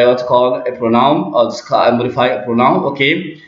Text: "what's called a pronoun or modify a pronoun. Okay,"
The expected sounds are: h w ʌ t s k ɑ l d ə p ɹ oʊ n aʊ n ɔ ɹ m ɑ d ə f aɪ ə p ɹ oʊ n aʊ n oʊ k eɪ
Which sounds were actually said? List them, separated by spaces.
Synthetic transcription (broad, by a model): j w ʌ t k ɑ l ə p ɹ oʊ n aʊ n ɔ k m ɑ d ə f aɪ ə p ɹ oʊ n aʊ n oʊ k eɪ